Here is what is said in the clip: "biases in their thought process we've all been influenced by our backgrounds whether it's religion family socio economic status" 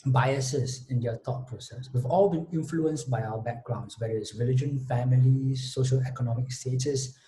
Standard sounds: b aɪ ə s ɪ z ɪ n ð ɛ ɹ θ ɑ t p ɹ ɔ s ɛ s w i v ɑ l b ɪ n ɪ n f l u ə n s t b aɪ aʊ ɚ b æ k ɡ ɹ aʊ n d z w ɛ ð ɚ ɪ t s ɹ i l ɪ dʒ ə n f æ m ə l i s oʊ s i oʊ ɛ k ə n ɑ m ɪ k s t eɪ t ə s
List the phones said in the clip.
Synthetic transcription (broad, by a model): b aɪ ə s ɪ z ɪ n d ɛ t ɑ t p ɹ ɔ s ɛ s w i v ɑ l b ɪ n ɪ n f l u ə n s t b aɪ aʊ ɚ b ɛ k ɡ ɹ aʊ n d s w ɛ ɚ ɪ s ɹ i l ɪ dʒ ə n f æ m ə l i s oʊ ʃ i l ɛ k ə n ɑ m ɪ k s t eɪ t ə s